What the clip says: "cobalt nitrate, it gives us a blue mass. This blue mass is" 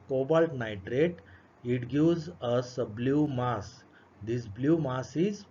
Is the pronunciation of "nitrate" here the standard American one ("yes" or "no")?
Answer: yes